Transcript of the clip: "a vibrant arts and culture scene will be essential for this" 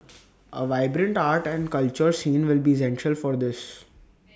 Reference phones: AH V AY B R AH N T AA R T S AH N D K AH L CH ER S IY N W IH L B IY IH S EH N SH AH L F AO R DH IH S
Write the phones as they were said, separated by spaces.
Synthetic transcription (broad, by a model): AH V AY B R AH N T AA R T AH N D K AH L CH ER S IY N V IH L B IY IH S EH N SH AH L F AO R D IH S